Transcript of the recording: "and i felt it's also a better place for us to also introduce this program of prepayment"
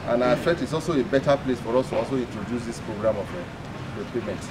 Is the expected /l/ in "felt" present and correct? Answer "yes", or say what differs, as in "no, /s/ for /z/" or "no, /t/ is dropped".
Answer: no, /l/ is dropped